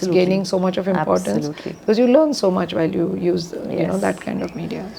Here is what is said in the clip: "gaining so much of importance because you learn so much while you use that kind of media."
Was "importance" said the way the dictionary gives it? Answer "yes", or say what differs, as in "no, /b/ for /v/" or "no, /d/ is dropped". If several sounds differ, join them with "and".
no, /l/ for /n/